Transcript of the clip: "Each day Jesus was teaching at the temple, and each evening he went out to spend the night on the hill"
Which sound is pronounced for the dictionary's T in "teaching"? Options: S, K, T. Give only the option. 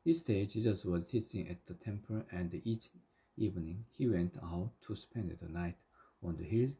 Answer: S